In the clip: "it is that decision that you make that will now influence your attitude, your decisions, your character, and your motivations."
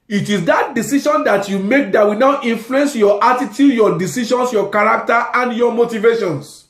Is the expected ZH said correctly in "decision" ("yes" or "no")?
no